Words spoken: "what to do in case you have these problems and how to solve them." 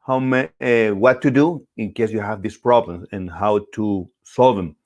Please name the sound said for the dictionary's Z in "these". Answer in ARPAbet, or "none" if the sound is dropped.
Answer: S